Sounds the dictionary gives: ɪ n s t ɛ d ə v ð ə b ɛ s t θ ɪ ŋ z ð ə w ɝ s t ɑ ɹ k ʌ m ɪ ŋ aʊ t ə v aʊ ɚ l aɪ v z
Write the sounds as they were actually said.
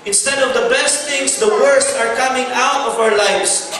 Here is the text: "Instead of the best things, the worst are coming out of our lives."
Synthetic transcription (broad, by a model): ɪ n s t ɛ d ə v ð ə b ɛ s t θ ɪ ŋ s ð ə w ɝ s t ɑ ɹ k ʌ m ɪ ŋ aʊ t ə v aʊ ɚ l aɪ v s